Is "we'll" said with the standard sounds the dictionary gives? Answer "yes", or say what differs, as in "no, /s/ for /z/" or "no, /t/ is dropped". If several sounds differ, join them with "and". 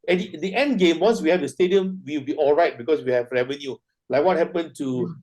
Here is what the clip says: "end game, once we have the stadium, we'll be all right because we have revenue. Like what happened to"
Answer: no, /w/ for /l/